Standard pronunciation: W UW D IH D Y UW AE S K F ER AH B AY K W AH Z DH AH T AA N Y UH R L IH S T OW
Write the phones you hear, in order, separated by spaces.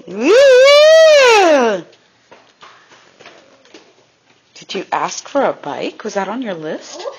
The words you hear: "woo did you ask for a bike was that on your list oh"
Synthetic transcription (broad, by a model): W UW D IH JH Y AE S K F ER AH B AY K W AH Z DH AH T N Y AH R L IH S T